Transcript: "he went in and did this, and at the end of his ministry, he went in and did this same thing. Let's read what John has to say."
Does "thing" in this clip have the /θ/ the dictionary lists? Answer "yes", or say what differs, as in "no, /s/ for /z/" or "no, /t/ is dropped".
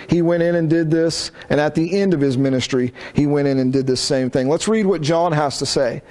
yes